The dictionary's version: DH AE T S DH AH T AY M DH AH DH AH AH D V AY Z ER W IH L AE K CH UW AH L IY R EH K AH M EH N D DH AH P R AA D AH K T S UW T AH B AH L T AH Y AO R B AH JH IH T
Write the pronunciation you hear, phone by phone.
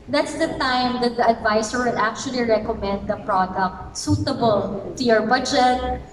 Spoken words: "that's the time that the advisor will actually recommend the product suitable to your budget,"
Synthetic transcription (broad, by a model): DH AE T S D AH T AY M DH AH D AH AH D V AY S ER W IH L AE K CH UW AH L IY R EH K AH M EH N D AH P R AA D AH K T S UW T AH B AH L T AH Y AO R B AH JH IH T